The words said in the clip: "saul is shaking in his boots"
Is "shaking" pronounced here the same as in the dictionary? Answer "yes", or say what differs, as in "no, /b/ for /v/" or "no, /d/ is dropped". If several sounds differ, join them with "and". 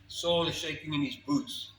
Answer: yes